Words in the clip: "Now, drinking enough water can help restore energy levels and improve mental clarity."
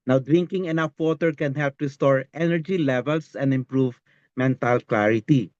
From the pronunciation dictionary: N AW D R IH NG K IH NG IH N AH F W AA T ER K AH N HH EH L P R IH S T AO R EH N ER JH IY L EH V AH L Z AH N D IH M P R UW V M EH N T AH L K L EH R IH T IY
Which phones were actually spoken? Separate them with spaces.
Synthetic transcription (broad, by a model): N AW D R IH NG K IH NG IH N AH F W AA T ER K AH N HH EH L P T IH S T AO R EH N ER JH IY L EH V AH L S AH N D IH M P R UW V M EH N T AH L K L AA R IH T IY